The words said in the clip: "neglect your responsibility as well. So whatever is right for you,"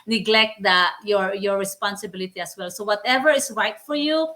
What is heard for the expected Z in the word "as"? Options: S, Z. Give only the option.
S